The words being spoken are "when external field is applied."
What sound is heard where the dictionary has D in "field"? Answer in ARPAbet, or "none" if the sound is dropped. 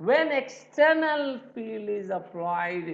none